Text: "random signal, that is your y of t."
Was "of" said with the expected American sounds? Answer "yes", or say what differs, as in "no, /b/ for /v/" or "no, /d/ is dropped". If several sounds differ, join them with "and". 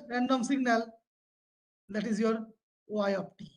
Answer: no, /p/ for /v/